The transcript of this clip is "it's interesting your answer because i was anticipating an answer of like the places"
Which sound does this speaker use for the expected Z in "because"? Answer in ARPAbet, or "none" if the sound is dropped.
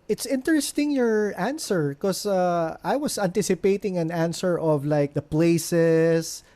none